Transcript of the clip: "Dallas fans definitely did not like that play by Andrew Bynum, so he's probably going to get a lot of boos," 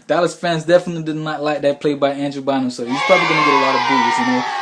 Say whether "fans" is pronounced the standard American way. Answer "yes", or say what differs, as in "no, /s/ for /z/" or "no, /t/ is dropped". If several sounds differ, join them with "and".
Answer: yes